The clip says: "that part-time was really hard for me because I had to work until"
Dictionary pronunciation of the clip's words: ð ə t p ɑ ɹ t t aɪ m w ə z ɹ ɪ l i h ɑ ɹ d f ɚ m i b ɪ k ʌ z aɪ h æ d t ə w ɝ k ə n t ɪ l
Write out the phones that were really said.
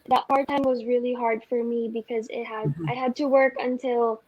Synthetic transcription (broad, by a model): ð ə t p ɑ ɹ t t aɪ m w ə z ɹ ɪ l i h ɑ ɹ d f ɚ m i b ɪ k ʌ z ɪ h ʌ d t ə w ɝ k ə n t ɪ l